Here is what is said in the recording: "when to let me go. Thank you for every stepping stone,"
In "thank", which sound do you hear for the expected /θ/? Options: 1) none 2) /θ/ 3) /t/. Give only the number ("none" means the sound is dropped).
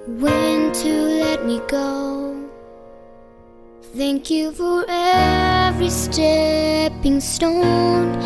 2